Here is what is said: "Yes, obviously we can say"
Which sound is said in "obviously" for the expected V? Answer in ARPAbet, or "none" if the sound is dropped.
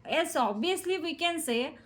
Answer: none